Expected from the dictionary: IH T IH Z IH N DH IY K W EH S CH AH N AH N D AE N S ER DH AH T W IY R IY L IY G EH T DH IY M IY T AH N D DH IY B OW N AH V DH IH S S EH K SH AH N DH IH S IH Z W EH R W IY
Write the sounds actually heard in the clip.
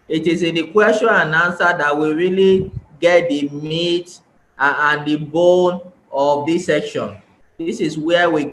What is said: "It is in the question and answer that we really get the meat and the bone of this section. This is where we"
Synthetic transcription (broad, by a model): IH T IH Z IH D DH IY K W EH S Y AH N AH N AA N S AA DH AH T W IY R IY L IY G EH T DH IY M IY T AH N D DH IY B OW N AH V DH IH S S EH K SH AH N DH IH S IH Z W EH W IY